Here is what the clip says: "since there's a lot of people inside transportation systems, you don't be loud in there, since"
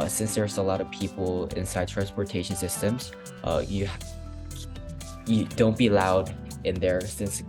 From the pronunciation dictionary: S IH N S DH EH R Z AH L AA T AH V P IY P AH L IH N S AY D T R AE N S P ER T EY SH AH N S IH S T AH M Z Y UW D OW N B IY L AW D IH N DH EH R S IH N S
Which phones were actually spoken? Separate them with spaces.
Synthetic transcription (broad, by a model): S IH N S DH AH R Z AH L AA T AH V P IY P L IH N S AY D T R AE N S P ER T EY SH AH N S IH S T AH M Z Y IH D OW N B IY L AW D IH N DH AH R S IH N S